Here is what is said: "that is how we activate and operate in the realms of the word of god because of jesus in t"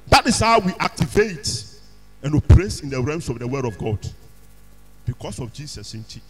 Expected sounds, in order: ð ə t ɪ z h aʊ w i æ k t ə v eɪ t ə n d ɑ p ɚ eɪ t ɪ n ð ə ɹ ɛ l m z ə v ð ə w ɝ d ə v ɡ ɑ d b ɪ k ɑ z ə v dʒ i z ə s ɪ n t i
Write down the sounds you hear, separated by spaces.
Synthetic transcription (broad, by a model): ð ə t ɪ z h aʊ w i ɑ k t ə v eɪ t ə n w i p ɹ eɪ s ɪ n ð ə ɹ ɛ m s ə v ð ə w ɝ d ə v ɡ ɑ d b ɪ k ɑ s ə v dʒ i s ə s ɪ n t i